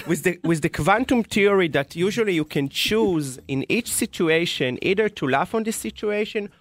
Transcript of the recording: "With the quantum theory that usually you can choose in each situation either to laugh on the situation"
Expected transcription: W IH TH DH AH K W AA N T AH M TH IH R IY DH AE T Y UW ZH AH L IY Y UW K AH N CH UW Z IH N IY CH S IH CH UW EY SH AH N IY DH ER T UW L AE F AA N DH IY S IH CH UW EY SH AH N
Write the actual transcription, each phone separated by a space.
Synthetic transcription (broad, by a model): W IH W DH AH K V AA N T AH M T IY R IY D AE T Y UW ZH AH L IY Y UW K AH N CH UW Z IH N IY CH S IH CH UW EY SH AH N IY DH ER T UW L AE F AA N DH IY S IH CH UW EY SH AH N